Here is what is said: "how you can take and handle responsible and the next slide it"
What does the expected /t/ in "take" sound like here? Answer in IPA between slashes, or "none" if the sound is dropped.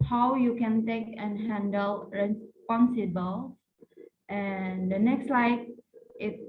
/t/